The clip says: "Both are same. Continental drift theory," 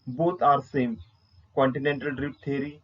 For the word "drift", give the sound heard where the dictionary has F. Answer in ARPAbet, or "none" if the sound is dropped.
P